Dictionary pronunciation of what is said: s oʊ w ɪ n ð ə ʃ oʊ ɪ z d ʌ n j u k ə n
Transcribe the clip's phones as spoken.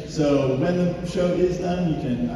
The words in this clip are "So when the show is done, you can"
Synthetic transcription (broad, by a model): s oʊ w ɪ n ð ə ʃ oʊ ɪ z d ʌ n j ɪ k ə n